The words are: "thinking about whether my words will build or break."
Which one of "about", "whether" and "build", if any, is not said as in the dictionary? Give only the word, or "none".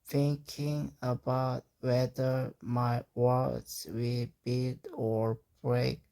build